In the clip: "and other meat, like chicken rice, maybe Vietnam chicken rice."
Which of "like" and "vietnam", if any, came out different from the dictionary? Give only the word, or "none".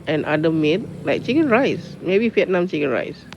vietnam